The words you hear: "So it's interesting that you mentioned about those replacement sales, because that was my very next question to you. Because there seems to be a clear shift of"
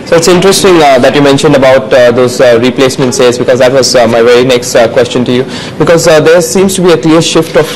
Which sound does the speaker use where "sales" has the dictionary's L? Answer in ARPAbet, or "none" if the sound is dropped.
none